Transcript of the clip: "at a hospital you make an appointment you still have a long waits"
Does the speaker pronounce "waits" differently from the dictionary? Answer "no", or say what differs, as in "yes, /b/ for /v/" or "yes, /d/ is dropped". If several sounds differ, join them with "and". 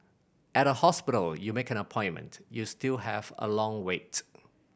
yes, /s/ is dropped